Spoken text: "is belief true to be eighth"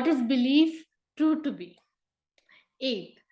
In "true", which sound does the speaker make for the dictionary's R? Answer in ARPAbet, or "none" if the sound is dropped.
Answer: none